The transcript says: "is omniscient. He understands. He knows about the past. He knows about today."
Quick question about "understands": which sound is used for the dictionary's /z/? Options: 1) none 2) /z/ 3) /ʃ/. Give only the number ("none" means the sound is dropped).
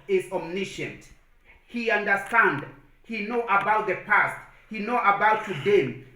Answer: 1